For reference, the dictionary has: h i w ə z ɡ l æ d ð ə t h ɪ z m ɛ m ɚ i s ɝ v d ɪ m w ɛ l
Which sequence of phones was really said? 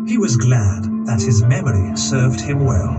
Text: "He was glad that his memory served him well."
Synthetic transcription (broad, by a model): h i w ə z ɡ l æ d ð ə t h ɪ z m ɛ m ɚ i s ɝ v d ɪ m w ɛ l